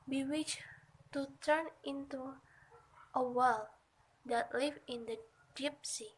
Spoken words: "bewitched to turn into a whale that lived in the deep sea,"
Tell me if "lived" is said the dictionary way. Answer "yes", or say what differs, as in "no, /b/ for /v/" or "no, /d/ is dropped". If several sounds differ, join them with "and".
no, /d/ is dropped